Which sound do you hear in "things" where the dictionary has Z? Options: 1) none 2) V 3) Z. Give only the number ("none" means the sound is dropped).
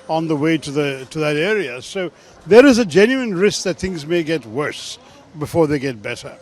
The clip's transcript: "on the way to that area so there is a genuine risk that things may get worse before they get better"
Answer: 3